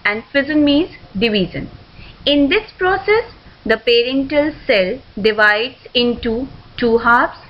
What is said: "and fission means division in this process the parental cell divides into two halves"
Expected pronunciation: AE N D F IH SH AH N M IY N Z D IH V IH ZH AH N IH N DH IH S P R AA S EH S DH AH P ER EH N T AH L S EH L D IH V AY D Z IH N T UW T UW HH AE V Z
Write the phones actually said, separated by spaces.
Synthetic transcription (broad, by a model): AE N D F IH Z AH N M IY Z D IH V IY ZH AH N IH N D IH S P R AA S EH S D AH P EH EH N T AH L S EH L D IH V AY D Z IH N T UW T UW HH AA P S